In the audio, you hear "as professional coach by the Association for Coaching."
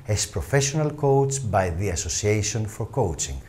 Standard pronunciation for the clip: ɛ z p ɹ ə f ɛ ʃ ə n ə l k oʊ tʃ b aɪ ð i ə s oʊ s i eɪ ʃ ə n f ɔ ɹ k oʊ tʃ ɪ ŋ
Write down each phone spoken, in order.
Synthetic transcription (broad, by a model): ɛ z p ɹ ə f ɛ ʃ ə n ə l k oʊ s b aɪ ð i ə s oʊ s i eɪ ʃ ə n f ɔ ɹ k oʊ tʃ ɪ ŋ